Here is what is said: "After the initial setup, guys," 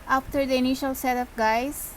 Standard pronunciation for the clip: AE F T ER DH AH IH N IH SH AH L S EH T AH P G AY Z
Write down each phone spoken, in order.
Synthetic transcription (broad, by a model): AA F T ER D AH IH N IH SH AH L S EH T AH F G AY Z